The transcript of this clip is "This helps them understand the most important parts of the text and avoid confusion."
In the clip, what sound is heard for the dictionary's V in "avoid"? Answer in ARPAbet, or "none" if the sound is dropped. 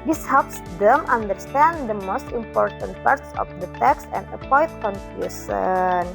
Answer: P